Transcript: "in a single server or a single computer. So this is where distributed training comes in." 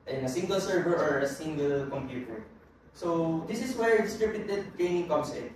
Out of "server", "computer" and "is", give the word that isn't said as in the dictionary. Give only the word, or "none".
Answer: is